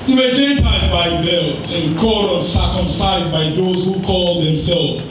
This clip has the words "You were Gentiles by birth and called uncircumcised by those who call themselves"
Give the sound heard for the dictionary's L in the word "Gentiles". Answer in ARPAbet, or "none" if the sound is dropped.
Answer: none